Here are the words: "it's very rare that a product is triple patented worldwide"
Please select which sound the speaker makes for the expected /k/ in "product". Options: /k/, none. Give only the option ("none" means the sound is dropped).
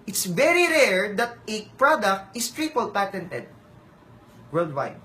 /k/